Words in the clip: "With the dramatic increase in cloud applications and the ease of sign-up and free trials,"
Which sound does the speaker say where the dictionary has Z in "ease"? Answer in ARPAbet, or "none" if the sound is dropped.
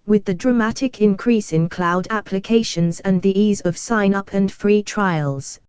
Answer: Z